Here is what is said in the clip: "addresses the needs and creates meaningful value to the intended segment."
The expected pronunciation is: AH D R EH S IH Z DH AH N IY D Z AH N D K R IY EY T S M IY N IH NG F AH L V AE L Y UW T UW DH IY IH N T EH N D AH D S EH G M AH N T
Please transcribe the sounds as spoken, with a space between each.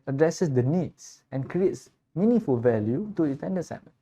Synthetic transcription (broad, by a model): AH D R EH S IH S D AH N IY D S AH N K R IY EY T S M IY N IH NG F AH L V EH L Y UW T UW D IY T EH N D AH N S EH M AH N